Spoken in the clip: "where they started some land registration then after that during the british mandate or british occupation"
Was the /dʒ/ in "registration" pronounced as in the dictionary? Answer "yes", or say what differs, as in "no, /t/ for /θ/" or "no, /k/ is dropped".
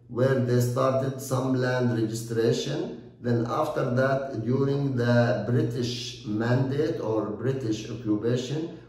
yes